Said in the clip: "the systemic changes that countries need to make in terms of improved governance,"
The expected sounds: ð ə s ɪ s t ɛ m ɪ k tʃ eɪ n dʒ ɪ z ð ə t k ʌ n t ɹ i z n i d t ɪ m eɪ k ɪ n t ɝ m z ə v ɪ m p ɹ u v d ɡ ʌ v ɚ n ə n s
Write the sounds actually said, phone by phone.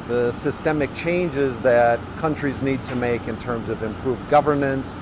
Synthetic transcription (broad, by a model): ð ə s ɪ s t ɛ m ɪ k tʃ eɪ n dʒ ɪ z ð ə t k ʌ n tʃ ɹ i z n i d t ɪ m eɪ k ɪ n t ɝ m z ə v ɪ m p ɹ u v ɡ ʌ v ɚ n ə n s